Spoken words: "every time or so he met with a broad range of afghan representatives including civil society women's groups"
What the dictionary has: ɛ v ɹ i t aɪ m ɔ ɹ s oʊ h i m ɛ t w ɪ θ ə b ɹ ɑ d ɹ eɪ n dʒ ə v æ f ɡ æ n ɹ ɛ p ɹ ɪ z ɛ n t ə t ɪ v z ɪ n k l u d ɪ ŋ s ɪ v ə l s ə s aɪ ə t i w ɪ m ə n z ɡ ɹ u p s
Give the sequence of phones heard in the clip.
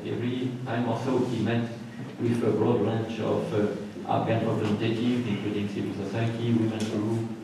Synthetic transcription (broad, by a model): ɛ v ɹ i t aɪ m ɔ l s oʊ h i m ɛ t w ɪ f ə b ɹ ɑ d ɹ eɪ n tʃ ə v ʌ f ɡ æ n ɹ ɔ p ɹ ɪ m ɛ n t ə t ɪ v ɪ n k l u d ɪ ŋ s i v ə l s ə s aɪ ə t i w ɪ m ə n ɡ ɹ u